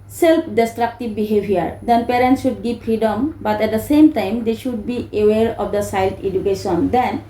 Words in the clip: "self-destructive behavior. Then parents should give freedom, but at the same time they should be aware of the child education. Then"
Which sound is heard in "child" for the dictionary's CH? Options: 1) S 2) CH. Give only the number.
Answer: 1